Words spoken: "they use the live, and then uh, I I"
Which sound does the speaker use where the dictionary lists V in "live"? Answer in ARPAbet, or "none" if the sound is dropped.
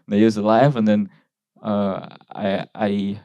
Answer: V